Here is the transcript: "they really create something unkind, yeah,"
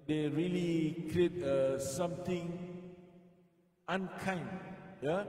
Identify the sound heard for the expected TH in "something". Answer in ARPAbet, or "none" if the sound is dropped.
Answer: T